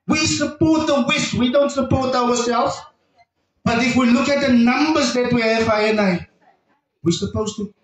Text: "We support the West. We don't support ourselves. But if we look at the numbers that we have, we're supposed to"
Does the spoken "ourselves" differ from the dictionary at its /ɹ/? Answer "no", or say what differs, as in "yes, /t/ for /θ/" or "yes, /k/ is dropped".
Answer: yes, /w/ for /ɹ/